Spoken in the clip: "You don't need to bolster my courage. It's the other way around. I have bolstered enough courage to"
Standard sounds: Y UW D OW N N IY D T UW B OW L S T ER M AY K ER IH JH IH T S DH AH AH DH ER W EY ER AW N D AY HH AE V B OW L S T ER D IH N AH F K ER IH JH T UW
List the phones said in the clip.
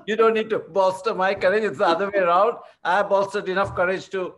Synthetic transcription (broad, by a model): Y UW D OW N N IY D T UW B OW S T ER M AY K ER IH JH IH T S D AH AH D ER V EY ER AW N D AY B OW S T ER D IH N AH F K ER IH JH T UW